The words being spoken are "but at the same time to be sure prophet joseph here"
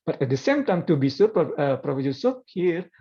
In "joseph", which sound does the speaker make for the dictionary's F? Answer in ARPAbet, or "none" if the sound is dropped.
P